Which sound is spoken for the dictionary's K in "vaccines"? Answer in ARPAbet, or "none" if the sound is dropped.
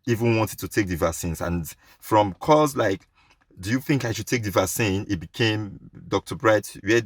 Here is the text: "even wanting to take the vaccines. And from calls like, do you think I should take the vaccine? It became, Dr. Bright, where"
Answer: none